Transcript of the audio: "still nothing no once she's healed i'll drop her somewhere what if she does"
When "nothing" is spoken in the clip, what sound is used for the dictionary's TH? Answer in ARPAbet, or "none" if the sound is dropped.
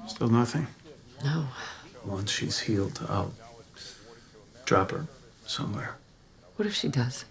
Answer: TH